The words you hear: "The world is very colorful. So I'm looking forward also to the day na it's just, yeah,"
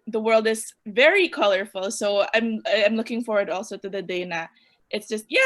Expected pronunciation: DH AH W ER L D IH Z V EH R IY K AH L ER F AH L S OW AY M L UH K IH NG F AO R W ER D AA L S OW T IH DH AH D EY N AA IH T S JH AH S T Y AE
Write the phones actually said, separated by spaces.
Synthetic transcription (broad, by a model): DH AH W ER L D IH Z V EH R IY K AH L ER F AH L S OW AY M L UH K IH NG F AO R W ER D AA L S OW T IH DH AH D EY N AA IH T S JH AH S T Y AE